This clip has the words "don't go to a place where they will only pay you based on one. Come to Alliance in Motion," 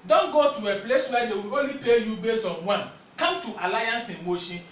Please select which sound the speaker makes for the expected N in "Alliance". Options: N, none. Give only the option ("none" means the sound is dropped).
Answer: N